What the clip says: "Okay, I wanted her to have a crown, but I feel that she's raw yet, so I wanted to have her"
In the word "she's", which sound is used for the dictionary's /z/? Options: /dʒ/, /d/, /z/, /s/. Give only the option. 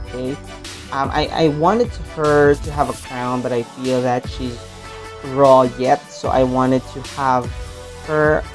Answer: /z/